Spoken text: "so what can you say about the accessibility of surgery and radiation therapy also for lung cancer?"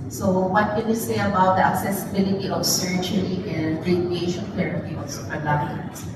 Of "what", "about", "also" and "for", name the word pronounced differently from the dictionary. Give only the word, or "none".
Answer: for